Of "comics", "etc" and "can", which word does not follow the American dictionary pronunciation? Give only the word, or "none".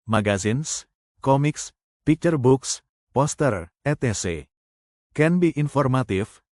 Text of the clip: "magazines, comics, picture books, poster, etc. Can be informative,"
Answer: etc